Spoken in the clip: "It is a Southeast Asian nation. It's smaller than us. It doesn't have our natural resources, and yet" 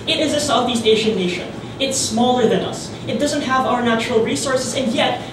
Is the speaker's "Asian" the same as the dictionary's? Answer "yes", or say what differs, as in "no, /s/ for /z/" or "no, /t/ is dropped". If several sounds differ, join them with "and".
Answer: no, /ʃ/ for /ʒ/